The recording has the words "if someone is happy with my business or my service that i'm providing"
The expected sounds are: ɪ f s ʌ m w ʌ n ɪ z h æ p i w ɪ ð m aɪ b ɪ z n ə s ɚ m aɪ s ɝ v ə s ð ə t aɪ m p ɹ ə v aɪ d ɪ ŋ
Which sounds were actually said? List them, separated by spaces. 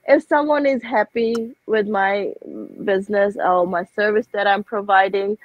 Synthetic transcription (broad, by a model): ɪ f s ʌ m w ʌ n ɪ z h æ p i w ɪ ð m aɪ b ɪ z n ə s ɚ m aɪ s ɝ v ə s ð ə t aɪ m p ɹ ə v aɪ d ɪ ŋ